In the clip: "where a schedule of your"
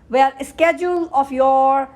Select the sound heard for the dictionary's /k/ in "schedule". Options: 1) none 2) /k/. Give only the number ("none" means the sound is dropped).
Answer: 2